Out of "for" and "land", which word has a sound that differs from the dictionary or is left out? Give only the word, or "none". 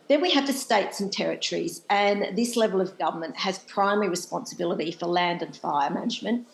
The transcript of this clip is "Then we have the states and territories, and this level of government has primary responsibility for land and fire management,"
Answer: none